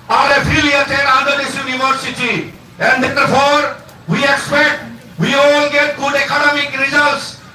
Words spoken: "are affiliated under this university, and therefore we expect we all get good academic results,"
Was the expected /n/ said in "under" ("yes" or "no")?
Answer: no